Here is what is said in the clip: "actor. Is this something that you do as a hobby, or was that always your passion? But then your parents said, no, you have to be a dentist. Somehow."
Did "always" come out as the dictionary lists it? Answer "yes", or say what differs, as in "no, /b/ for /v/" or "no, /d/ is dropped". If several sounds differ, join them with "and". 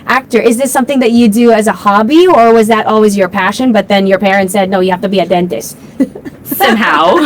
yes